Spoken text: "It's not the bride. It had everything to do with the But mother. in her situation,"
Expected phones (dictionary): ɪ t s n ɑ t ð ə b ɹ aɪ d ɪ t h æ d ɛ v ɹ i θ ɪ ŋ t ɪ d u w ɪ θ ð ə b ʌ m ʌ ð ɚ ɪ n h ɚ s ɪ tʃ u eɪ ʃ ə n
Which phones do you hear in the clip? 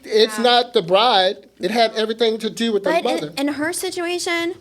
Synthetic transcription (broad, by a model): ɪ t s n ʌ t ð ə b ɹ aɪ d ɪ t h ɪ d ɛ v ɹ i θ ɪ ŋ t ɪ d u w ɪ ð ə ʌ m ʌ ð ɚ ɪ n h ɚ s ɪ tʃ u eɪ ʃ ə n